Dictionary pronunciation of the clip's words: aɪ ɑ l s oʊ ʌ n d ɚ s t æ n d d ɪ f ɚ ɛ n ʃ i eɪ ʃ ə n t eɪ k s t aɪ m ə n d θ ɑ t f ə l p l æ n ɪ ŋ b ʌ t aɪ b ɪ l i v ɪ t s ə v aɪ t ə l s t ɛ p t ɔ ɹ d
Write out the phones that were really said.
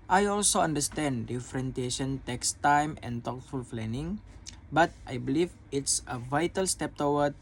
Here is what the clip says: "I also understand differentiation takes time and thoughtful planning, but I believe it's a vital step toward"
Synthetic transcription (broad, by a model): aɪ ɑ l s oʊ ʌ n d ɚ s t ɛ n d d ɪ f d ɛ n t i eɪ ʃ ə n t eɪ k s t aɪ m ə n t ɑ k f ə l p l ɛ n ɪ ŋ b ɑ t aɪ b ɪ l i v ɪ t s ə v aɪ t ə l s t ɛ p t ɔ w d